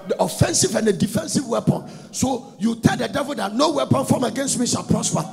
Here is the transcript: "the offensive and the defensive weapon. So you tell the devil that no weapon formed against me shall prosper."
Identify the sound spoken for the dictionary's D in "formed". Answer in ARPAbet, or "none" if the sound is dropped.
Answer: none